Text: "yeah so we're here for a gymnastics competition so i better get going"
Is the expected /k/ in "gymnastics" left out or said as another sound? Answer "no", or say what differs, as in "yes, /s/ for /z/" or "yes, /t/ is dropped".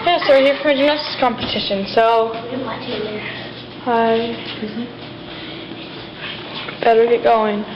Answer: yes, /k/ is dropped